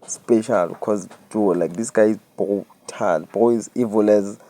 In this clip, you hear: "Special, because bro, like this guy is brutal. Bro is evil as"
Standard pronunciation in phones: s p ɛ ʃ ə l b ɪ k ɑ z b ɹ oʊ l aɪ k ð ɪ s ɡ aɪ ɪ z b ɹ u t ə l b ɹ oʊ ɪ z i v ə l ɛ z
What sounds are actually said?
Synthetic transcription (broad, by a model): s p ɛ ʃ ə l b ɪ k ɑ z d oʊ l aɪ k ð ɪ s ɡ aɪ ɪ z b u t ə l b oʊ ɪ z i v ə l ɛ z